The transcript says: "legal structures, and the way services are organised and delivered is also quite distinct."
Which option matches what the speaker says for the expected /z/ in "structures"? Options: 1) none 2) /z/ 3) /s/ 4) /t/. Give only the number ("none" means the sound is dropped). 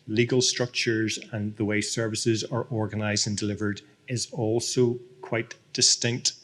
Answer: 2